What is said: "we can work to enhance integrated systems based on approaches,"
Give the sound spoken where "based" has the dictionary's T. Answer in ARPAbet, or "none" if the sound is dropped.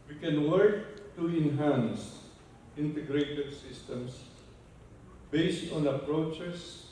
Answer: T